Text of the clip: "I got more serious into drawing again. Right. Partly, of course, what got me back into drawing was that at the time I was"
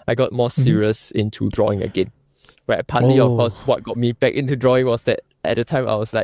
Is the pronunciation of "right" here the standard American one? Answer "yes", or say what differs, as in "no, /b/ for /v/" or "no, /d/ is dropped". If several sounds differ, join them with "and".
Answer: no, /w/ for /ɹ/